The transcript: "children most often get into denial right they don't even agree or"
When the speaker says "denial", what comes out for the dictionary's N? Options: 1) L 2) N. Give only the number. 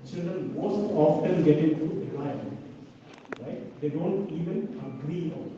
1